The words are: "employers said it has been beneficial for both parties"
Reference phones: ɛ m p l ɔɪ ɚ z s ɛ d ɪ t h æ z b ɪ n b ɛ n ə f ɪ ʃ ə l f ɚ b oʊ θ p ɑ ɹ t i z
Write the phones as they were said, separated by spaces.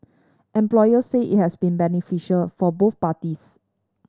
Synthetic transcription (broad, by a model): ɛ m p l ɔɪ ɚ s ɛ ɪ t h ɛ s b ɪ n b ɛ n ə f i ʃ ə l f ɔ b oʊ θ p ɑ t i s